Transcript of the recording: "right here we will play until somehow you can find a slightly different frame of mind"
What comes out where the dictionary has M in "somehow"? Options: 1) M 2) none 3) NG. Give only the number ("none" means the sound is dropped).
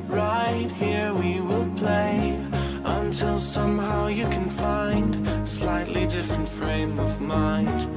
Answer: 1